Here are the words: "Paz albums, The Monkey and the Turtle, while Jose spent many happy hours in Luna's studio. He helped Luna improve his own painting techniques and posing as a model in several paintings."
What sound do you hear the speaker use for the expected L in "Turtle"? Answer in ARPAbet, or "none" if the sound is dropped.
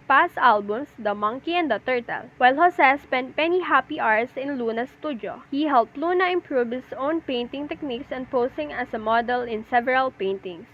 L